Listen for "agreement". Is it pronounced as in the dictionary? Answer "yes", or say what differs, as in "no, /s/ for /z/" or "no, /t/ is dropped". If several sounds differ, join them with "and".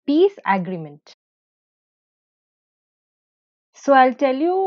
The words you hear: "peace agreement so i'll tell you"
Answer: yes